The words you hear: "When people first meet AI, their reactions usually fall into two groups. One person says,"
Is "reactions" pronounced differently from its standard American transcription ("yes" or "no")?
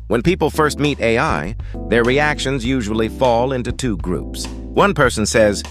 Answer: no